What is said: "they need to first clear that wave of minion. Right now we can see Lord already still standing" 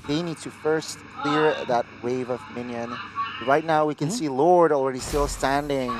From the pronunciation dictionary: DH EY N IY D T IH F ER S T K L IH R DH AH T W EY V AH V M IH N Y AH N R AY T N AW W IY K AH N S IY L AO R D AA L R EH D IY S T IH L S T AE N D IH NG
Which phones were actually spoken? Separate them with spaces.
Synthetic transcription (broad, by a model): DH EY N IY D T IH F ER S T K L IH R DH AH T W EY V AH V M IH N Y AH N R AY T N AW W IY K AH N S IY L AO R D L R EH D IY S T IH L S T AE N D IH NG